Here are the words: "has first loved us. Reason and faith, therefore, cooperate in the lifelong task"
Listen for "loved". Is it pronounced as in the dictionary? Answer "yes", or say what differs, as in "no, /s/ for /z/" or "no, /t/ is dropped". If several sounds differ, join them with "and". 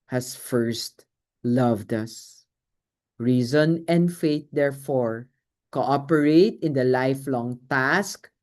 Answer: yes